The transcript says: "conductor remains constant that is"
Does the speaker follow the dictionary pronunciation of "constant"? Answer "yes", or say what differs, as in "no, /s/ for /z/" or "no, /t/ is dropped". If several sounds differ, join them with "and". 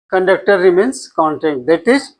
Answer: no, /s/ is dropped